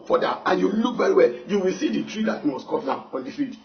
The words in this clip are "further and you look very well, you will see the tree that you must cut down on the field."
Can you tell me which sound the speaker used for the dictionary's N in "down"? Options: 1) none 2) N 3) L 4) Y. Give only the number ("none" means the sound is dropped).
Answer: 1